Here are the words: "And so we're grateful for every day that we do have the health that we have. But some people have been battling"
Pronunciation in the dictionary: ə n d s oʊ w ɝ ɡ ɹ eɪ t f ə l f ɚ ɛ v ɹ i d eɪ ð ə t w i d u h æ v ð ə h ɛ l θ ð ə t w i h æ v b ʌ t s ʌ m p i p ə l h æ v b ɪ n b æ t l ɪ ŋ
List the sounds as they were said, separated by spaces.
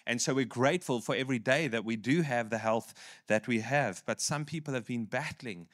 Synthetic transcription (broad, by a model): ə n s oʊ w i ɡ ɹ eɪ t f ə l f ɚ ɛ v ɹ i d eɪ ð ə t w i d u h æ v ð ə h ɛ l θ ð ə t w i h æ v b ʌ t s ʌ m p i p ə l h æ v b ɪ n b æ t l ɪ ŋ